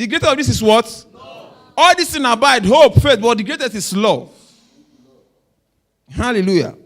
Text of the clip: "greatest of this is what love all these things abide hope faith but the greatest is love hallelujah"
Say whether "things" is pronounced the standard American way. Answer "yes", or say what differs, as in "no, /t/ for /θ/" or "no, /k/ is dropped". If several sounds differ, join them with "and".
no, /z/ is dropped